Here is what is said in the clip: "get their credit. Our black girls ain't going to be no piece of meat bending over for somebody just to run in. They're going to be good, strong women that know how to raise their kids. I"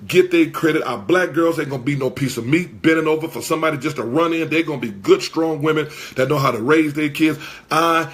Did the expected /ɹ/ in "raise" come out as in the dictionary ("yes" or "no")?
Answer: yes